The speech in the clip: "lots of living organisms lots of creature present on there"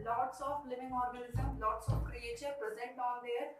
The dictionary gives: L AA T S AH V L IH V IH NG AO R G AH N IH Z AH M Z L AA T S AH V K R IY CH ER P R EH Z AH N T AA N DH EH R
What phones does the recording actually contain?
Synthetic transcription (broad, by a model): L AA T S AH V L IH V IH NG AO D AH L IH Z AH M L AA T S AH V K R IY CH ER P R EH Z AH N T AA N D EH R